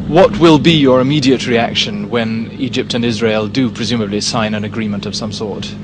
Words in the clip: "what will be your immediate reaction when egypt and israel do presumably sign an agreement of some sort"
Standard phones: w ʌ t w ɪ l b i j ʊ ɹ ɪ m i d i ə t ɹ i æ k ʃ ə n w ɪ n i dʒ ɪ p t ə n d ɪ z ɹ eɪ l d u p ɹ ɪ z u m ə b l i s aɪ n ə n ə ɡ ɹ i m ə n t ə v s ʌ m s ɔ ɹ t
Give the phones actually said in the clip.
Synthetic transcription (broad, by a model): w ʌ t w ɪ l b i j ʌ ɹ ɪ m i d i ə t ɹ i æ k ʃ ə n w ɪ n i dʒ ɪ p t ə n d ɪ z ɹ eɪ l d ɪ p ɹ ɪ z u m ə b l i s aɪ n ə n ə ɡ ɹ i m ə n t ə v s ʌ m s ɔ ɹ t